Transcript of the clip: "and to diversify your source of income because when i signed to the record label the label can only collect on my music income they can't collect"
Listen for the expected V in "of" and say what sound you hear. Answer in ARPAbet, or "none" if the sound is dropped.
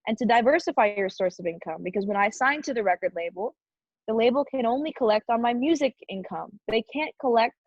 V